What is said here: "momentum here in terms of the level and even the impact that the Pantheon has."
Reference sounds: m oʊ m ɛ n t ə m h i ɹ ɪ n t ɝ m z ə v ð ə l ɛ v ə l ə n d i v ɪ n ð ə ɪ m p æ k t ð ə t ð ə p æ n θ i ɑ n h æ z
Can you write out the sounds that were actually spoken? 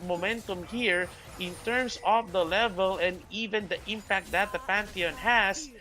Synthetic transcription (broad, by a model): m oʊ m ɛ n t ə m h i ɹ ɪ n t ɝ m s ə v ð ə l ɛ v ə l ə n d i v ɪ n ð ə ɪ m p æ k t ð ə t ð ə p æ n t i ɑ n h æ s